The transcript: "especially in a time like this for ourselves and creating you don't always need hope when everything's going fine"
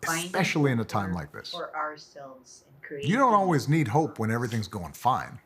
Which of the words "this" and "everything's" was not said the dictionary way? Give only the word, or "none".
none